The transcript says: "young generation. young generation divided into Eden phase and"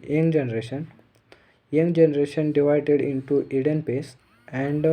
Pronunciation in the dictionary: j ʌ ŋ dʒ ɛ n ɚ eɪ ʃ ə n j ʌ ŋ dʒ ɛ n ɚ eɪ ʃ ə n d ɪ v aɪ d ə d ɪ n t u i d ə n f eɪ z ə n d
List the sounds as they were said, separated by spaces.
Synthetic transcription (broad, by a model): j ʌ ŋ dʒ ɛ n ɚ eɪ ʃ ə n j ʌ ŋ dʒ ɛ n ɚ eɪ ʃ ə n d ɪ v aɪ d ə d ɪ n t u i d ə n p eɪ s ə n d